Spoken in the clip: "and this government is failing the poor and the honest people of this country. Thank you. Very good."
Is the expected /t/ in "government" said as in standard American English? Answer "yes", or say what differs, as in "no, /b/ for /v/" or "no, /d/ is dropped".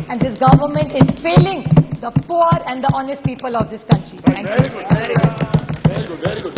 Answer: yes